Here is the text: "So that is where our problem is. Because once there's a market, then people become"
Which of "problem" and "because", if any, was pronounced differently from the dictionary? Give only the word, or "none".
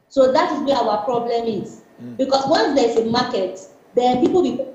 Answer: because